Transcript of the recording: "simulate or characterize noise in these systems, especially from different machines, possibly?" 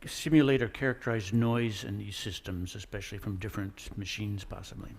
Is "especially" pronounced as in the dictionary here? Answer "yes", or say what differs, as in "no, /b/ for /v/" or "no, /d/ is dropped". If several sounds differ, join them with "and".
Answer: yes